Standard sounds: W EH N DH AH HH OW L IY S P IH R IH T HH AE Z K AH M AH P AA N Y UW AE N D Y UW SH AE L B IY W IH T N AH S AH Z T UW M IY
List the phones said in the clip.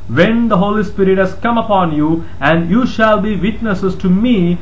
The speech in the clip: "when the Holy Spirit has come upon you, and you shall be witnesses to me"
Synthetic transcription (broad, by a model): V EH N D AH HH OW L IY S P IH R IH T HH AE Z K AH M AH P AA N Y UW AE N D Y UW SH AE L B IY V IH T N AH S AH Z T UW M IY